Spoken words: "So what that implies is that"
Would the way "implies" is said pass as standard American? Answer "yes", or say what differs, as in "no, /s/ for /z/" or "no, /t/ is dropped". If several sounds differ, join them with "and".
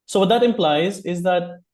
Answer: yes